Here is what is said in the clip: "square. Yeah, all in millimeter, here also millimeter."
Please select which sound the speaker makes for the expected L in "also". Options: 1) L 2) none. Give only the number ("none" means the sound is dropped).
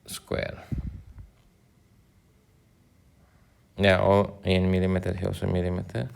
2